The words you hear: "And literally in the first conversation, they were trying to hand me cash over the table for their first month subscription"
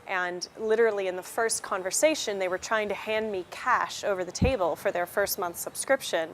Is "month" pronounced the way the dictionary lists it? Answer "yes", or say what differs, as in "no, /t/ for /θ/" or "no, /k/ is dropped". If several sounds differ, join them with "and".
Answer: yes